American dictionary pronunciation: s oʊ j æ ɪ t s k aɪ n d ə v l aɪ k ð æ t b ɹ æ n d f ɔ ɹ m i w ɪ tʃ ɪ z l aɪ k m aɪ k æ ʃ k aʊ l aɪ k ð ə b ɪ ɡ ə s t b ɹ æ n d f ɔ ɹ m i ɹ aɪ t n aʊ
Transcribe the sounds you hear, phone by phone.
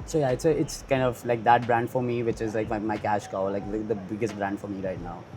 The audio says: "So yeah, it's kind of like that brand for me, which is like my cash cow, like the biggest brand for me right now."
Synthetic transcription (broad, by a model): s oʊ j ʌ ɪ t s k aɪ n d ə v l aɪ k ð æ t b ɹ æ n d f ɔ ɹ m i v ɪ tʃ ɪ z l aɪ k m aɪ k æ ʃ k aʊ l aɪ k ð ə b ɪ ɡ ə s t b ɹ æ n d f ɔ ɹ m i ɹ aɪ t n aʊ